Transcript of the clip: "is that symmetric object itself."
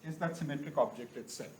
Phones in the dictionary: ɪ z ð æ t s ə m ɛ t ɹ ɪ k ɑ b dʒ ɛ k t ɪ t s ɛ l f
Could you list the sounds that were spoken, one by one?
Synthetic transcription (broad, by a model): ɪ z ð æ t s ə m ɛ t ɹ ɪ k ɑ b dʒ ɛ k t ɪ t s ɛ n